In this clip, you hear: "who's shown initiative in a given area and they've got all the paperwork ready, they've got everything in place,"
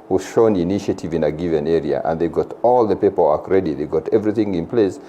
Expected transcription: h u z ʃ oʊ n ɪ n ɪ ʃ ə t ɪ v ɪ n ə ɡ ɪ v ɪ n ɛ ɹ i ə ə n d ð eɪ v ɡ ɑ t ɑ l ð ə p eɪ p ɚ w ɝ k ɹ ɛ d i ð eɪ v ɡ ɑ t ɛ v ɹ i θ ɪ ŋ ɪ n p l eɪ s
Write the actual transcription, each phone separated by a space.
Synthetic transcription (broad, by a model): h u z ʃ oʊ n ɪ n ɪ ʃ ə t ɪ v ɪ n ə ɡ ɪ v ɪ n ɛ ɹ i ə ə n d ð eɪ ɡ ɑ t ɑ l ð ə p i p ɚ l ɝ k ɹ ɛ d i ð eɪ ɡ ɑ t ɛ v ɹ i θ ɪ ŋ ɪ n p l eɪ s